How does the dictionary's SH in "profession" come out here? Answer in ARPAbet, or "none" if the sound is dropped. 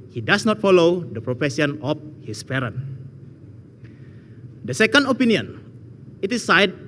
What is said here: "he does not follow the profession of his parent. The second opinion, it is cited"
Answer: S